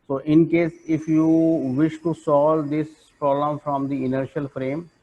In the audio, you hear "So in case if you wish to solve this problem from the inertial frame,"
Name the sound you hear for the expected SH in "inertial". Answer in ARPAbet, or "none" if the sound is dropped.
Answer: SH